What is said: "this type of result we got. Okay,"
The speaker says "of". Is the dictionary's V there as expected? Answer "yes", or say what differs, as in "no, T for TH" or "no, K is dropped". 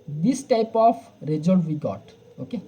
no, P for V